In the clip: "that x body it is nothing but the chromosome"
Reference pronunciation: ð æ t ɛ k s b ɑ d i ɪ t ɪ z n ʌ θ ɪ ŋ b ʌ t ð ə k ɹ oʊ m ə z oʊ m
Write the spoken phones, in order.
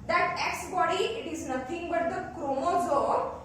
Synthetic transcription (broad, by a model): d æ t ɛ k s b ɑ d i ɪ t ɪ z n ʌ t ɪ ŋ b ʌ t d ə k ɹ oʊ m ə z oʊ